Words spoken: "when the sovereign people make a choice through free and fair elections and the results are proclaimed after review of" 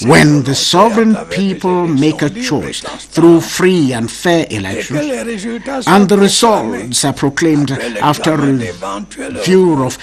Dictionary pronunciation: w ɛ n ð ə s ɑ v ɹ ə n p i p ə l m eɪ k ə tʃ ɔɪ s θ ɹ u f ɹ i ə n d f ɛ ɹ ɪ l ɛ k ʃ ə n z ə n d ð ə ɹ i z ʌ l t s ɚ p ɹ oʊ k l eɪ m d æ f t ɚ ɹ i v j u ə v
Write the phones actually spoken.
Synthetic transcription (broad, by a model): w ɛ n ð ə s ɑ v ɹ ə n p i p ə l m eɪ k ə tʃ ɔɪ s θ ɹ u f ɹ i ə n d f ɛ ɹ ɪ l ɛ k ʃ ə n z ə n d ð ə ɹ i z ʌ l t s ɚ p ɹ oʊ k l eɪ m d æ f t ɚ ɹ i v j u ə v